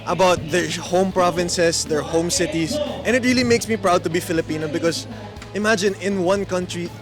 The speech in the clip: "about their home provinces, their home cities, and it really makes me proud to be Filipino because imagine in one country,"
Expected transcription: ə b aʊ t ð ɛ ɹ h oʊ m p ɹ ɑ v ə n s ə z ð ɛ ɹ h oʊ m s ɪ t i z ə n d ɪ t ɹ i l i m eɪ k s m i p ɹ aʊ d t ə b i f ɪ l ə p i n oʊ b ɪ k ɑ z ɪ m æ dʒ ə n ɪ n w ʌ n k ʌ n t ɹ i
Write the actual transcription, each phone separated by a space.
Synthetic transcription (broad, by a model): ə b aʊ t ð ɛ ɹ h oʊ m p ɹ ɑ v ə n s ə s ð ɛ ɹ h oʊ m s ɪ t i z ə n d ɪ t ɹ i l i m eɪ k s m i p ɹ aʊ d t ə b i f ɪ l ə p i n oʊ b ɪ k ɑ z ɪ m æ dʒ ə n ɪ n w ʌ n k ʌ n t ɹ i